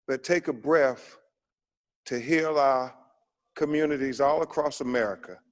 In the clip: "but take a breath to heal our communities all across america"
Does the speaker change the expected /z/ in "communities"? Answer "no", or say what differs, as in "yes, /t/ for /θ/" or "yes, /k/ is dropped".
no